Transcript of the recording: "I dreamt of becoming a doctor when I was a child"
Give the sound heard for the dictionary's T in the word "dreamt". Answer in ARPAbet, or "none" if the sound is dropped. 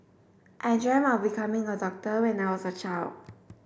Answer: none